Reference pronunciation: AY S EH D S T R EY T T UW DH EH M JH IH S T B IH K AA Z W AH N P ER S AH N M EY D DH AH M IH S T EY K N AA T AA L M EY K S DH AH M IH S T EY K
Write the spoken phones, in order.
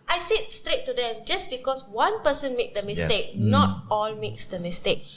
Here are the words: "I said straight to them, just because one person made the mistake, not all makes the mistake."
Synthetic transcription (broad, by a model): AY S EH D S T R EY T T UW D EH M JH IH S B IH K AA S W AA N P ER S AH N M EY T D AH M IH S T EY K N AA T AA L M EY K S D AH M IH S T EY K